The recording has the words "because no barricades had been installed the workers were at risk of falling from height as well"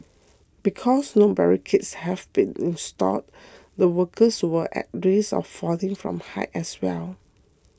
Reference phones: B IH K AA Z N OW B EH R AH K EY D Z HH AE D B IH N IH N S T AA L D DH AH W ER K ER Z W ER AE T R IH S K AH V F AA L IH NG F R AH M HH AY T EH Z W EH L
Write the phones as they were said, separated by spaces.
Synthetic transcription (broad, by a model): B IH K AA S N OW B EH R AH K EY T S HH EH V B IH N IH N S T AA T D AH W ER K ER S W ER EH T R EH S AH F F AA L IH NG F R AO M HH AY T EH S W EH L